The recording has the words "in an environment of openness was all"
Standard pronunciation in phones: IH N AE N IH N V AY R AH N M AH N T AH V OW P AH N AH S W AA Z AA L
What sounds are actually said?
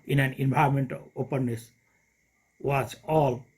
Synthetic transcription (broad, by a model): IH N AE N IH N B AY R M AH N T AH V OW P AH N AH S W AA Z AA L